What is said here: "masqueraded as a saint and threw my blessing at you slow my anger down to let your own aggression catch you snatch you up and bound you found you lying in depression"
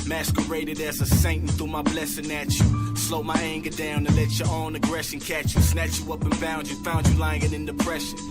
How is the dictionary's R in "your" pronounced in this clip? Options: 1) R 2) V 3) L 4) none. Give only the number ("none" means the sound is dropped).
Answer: 3